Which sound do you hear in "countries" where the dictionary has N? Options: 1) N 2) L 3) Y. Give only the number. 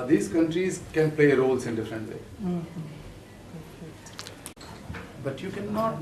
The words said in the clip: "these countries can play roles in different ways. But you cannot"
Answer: 1